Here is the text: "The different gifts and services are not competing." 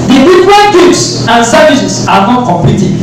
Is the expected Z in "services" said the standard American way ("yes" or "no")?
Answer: no